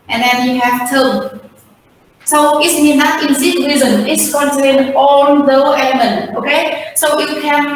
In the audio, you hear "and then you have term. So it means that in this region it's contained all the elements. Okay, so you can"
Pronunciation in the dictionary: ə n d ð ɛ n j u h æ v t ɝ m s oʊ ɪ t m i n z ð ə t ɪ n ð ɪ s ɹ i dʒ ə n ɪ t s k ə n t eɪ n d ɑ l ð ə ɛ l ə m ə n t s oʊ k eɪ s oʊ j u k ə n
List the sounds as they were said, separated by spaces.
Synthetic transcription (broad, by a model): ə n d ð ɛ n j u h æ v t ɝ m s oʊ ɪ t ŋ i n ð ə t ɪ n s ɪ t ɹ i z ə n ɪ t s k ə n t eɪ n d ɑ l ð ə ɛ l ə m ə n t oʊ k eɪ s oʊ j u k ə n